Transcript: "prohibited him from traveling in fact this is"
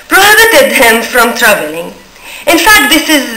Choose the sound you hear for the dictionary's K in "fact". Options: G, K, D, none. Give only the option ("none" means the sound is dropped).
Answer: K